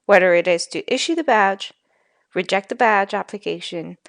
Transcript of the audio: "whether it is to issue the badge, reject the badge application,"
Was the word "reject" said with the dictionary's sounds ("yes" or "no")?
yes